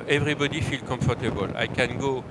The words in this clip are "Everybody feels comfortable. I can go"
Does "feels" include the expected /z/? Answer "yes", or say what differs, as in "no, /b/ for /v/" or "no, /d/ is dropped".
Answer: no, /z/ is dropped